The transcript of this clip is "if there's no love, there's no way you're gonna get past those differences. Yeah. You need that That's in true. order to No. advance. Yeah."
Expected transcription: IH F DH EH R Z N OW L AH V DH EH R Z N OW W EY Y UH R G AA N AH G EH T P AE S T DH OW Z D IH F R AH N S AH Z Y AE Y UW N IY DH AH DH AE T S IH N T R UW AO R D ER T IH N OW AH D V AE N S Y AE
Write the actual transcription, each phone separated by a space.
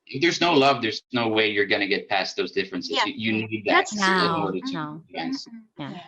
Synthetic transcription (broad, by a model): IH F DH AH R Z N OW L AH V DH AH R Z N OW W EY Y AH R G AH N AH G EH T P AE S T DH OW Z D IH F R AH N S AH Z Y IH Y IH N IY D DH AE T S IH N AO R D ER T IH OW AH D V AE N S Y